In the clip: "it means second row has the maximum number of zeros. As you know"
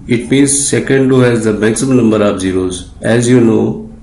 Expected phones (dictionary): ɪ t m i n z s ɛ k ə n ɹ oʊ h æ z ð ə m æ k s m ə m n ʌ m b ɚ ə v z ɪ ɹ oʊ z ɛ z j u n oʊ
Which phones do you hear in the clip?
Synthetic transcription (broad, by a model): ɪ t m i n z s ɛ k ə n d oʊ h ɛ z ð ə m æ k s ə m n ʌ m b ɚ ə p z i ɹ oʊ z ɛ z j u n oʊ